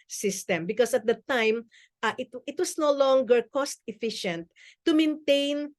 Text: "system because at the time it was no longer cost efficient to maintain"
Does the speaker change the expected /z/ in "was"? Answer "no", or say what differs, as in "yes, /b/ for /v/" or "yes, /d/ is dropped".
yes, /s/ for /z/